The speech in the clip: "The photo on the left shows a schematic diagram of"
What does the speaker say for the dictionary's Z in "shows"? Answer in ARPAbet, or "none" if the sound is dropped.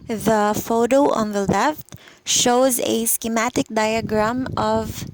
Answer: Z